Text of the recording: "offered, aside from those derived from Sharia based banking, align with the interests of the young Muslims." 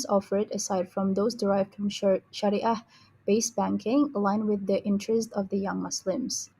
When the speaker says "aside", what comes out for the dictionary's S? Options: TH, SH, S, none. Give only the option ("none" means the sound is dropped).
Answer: S